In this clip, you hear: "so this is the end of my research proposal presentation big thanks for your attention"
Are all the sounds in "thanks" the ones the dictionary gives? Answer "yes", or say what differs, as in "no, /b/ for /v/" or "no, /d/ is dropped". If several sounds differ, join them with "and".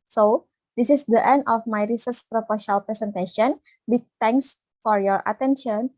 no, /t/ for /θ/